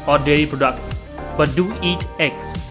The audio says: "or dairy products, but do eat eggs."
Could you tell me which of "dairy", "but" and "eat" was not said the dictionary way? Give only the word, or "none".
dairy